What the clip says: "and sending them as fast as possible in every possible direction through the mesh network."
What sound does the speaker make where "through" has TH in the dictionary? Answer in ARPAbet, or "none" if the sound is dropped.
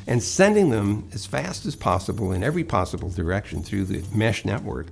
TH